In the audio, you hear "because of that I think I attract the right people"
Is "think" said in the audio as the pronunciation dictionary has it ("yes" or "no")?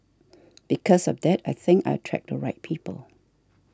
yes